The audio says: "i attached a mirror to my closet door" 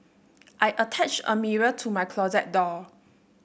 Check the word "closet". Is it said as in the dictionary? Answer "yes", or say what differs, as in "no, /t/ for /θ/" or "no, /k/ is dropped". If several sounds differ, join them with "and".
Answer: yes